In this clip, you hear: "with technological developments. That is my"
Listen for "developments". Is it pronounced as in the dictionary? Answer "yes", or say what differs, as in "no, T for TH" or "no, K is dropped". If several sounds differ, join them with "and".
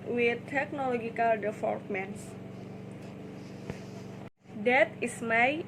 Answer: no, F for V